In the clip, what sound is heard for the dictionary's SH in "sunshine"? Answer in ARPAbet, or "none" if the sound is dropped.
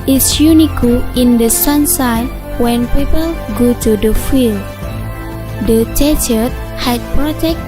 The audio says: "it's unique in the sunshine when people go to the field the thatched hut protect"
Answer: S